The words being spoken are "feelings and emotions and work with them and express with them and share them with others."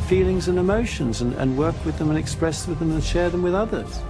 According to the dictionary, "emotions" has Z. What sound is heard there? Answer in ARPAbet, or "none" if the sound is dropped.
Z